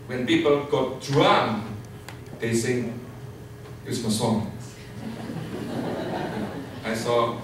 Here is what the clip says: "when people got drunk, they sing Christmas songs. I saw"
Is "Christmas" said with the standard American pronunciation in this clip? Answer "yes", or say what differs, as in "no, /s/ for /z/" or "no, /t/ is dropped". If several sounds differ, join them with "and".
no, /ɹ/ is dropped